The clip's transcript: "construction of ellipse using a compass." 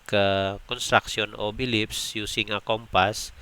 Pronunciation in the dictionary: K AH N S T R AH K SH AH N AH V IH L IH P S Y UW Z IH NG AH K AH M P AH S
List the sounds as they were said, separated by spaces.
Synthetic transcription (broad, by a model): K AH N S T R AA K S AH N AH B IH L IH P S Y UW S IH NG AH K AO M P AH S